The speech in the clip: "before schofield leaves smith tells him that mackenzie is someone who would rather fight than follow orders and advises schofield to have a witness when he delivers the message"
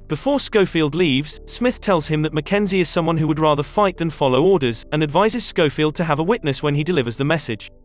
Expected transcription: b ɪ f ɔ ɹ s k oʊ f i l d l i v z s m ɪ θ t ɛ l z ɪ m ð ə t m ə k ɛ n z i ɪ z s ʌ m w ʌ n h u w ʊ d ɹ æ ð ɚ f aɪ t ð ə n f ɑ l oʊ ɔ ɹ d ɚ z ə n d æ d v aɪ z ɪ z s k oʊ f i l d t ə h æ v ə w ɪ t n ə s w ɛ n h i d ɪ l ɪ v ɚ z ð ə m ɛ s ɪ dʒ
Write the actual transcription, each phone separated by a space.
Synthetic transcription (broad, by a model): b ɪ f ɔ ɹ s k oʊ f i l d l i v z s m ɪ θ t ɛ l z ɪ m ð ə t m ə k ɛ n z i ɪ z s ʌ m w ʌ n h u w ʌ d ɹ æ ð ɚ f aɪ t ð ə n f ɑ l oʊ ɔ ɹ d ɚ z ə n æ d v aɪ z ɪ z s k oʊ f i l d t ə v ə w ɪ t n ə s w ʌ n i d ɪ l ɪ v ɚ z ð ə m ɛ s ɪ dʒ